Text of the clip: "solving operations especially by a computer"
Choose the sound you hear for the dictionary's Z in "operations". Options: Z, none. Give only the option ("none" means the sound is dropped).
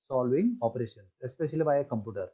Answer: none